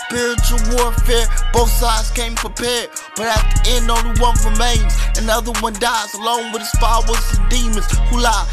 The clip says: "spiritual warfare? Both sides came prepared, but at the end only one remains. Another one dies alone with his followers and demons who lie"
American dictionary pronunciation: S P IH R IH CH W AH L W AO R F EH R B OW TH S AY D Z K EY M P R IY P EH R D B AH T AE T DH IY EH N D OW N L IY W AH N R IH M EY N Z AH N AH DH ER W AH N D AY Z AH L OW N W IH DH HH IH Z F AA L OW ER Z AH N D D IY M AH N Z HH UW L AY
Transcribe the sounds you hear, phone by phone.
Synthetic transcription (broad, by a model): S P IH R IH CH L W AO R F EH R B OW TH S AY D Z K EY M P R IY P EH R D B AH T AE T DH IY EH N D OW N IY W AH N R IH M EY N Z AH N AH DH ER W AH N D AY Z AH L OW N W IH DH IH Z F AA W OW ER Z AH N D D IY M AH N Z HH UW L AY